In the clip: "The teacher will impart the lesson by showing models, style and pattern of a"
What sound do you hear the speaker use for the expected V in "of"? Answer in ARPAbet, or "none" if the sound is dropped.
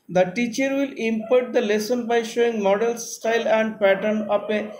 P